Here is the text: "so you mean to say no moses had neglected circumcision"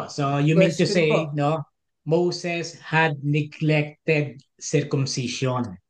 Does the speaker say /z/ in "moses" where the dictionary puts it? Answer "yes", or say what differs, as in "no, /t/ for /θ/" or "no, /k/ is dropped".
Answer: no, /s/ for /z/